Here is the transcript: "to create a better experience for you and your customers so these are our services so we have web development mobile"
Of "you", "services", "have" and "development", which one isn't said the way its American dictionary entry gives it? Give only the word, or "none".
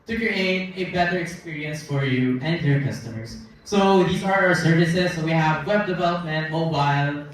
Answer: none